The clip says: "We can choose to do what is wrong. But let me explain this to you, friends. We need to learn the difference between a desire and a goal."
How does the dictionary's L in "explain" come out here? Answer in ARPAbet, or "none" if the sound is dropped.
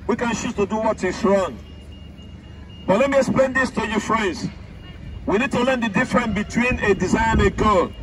L